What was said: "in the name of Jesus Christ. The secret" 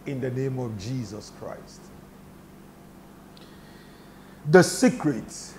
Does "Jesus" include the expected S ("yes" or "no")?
yes